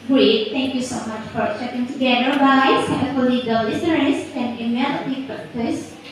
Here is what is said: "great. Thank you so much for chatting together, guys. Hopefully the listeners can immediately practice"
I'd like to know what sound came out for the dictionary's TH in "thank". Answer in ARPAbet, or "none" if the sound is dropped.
T